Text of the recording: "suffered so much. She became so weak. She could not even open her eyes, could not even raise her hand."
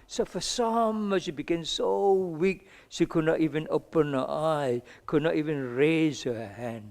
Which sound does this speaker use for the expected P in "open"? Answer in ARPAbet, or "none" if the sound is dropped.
P